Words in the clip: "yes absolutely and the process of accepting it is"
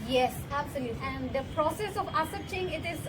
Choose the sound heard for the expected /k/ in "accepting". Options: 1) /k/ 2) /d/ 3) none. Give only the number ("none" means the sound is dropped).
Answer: 3